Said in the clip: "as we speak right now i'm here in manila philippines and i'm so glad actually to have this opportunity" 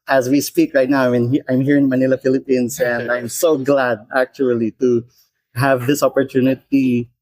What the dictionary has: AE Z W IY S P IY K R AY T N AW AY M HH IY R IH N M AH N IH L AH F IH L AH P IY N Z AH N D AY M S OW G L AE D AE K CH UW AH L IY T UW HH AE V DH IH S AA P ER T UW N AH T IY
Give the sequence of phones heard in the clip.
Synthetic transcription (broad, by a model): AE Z W IY S P IY K R AY T N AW AY M HH IY R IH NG M AH N IH L AH F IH L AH P IY N S AH N D AY M S OW G L AE D AE K CH UW AH L IY T UW HH AE V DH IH S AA P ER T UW N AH T IY